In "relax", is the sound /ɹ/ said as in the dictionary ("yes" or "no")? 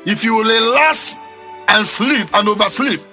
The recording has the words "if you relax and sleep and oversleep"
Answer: no